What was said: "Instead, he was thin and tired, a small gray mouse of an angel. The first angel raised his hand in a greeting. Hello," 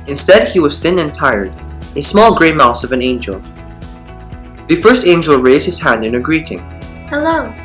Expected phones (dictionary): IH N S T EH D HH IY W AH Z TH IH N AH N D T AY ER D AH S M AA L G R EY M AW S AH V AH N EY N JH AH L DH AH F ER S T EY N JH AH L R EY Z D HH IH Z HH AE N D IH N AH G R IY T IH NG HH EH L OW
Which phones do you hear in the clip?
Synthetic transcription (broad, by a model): IH N S T EH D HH IY W AH Z TH IH N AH N T AY ER D AH S M AA L G R EY M AW S AH V AH N EY N JH AH L DH AH F ER S T EY N JH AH L R EY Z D HH IH Z HH AE N D IH N AH G R IY T IH NG HH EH L OW